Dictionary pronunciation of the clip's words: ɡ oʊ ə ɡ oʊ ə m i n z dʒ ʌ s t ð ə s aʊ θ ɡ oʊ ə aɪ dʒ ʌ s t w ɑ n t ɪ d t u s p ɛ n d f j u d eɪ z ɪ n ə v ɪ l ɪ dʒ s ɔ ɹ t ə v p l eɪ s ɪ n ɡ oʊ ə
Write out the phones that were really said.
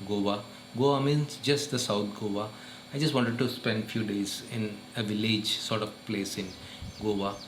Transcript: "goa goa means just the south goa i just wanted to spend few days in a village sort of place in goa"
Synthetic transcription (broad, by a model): ɡ oʊ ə ɡ oʊ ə m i n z dʒ ʌ s t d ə s aʊ t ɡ oʊ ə aɪ dʒ ʌ s t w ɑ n t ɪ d t u s p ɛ n d f j u d eɪ z ɪ n ə v ɪ l ɪ dʒ s ɔ ɹ t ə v p l eɪ s ɪ n ɡ oʊ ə